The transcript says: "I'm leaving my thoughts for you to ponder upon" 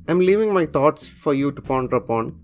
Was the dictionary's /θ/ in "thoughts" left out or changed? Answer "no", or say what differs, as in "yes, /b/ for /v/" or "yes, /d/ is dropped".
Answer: yes, /t/ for /θ/